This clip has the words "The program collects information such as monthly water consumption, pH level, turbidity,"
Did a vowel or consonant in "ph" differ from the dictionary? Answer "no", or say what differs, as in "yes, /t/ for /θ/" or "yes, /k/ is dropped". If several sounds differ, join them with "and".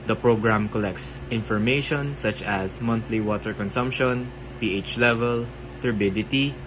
no